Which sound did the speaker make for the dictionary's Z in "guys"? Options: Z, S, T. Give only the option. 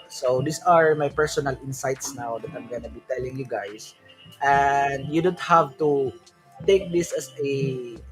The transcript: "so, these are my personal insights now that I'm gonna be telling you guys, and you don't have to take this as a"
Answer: S